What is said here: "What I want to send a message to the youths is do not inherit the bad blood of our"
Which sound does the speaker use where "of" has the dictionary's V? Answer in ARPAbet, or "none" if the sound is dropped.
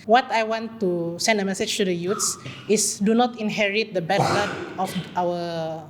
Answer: F